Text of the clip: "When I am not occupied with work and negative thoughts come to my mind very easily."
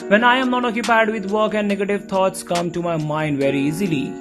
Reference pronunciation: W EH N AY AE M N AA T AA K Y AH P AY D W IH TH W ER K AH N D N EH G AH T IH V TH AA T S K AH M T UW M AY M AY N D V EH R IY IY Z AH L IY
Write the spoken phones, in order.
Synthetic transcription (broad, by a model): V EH N AY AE M N AA T AA K Y AH P AY D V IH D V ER K AH N D N EH G AH T IH V T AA T S K AH M T UW M AY M AY N D V EH R IY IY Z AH L IY